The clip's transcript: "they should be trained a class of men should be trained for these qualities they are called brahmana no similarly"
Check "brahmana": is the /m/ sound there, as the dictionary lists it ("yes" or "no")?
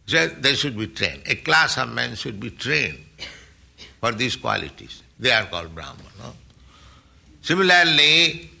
no